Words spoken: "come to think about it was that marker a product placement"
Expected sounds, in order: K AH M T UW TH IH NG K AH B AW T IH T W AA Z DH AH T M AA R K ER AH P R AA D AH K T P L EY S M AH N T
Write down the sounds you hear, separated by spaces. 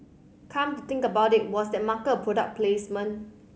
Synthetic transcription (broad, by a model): K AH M T UW T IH NG K AH B AW T IH T W AA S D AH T M AA K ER AH P R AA D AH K P L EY S M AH N